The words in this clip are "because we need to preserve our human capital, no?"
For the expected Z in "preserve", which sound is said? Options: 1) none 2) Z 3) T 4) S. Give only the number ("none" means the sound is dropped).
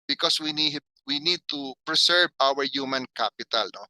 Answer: 4